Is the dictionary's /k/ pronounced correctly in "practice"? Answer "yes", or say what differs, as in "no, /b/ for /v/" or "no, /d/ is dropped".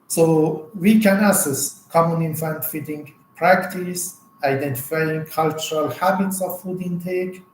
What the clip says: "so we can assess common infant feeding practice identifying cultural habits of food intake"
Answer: yes